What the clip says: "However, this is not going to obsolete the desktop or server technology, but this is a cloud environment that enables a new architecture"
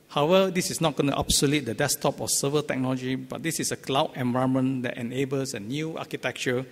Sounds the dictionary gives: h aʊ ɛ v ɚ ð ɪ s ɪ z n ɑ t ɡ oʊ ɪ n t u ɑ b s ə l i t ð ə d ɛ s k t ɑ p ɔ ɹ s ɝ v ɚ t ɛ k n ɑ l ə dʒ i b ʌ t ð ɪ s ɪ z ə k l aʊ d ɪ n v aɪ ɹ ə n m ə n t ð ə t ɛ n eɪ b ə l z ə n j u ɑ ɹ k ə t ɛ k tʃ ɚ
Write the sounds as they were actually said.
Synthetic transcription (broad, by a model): h aʊ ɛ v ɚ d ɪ s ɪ s n ɑ t ɡ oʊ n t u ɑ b s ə l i t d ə d ɛ s t ɑ p ɔ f s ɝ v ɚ t ɛ k n ɑ l ə dʒ i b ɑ t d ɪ s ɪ s ə k l aʊ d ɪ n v aɪ ə m ə n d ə t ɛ n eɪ b ə l s ə n j u ɑ k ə t ɛ k tʃ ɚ